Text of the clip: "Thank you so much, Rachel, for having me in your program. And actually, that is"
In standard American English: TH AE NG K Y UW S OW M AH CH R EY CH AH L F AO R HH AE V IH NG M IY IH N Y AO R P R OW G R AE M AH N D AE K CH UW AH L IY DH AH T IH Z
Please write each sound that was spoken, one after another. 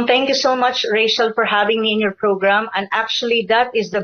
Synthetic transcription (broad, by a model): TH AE NG K Y UW S OW M AH CH R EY SH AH L F AO R HH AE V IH NG M IY IH N Y AO R P R OW G R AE M AH N D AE K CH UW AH L IY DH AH T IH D